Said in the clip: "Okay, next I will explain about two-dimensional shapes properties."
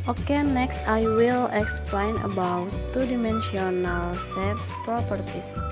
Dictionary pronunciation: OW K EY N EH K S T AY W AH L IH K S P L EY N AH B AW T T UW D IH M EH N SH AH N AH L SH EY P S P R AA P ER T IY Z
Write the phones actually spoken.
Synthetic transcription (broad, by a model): OW K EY N EH K S T AY W AH L IH K S P L EY N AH B AW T T UW D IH M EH N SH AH N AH L S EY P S P R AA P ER T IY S